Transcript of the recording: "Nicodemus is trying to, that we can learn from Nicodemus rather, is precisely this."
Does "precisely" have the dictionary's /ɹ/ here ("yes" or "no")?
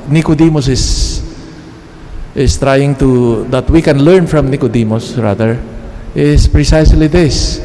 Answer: yes